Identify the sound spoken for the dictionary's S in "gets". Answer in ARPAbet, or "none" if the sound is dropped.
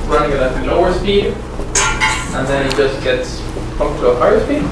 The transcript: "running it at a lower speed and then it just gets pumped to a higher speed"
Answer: S